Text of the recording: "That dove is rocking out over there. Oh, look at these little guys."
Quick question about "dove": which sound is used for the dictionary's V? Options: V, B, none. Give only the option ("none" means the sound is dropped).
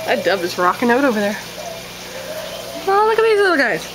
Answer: B